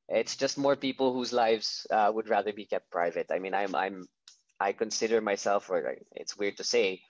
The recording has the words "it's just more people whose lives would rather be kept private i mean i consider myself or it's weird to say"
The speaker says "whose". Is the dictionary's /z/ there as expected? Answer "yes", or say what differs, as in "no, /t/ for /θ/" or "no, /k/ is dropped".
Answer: yes